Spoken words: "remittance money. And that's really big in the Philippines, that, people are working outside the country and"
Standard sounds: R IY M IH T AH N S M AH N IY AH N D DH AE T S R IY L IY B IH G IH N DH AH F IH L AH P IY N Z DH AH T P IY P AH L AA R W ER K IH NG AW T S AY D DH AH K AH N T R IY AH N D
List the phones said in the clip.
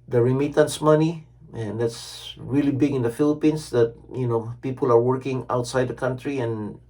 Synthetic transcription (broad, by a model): R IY M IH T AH N S M AH N IY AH N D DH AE T S R IY L IY B IH G IH N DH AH F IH L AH P IY N S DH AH T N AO P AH L AA R W ER K IH NG AW T S AY D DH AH K AH N T R IY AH N